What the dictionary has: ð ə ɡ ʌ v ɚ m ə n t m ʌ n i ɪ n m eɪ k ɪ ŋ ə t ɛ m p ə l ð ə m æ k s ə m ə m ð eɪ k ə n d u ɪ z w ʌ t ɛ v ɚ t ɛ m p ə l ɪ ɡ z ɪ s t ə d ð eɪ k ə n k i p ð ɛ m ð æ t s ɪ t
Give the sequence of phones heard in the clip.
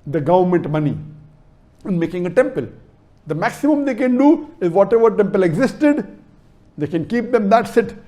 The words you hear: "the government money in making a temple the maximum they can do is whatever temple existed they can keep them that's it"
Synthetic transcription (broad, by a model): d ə ɡ ʌ v ɚ m ə n t m ʌ n i ɪ n m eɪ k ɪ ŋ ə t ɛ m p ə l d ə m æ k s ə m ə m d eɪ k ə n d u ɪ z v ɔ t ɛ v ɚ t ɛ m p ə l ɪ ɡ z ɪ s t ə d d eɪ k ə n k i p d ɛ m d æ t s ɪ t